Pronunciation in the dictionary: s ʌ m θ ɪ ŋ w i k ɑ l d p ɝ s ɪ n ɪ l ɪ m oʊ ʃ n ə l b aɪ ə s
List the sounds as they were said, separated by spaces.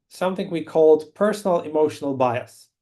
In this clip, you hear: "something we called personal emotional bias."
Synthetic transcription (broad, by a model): s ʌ m θ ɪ ŋ w i k ɑ l d p ɝ s n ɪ l ɪ m oʊ ʃ n ə l b aɪ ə s